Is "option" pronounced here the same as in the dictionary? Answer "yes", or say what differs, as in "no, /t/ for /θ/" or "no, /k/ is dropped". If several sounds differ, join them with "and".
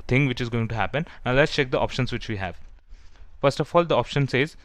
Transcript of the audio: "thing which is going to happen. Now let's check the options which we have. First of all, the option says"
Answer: yes